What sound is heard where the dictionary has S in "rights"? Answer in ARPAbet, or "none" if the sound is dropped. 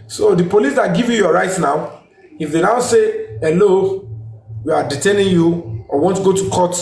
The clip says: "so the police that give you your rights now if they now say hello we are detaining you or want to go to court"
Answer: none